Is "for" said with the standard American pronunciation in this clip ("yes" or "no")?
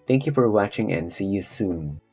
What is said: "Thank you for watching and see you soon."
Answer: yes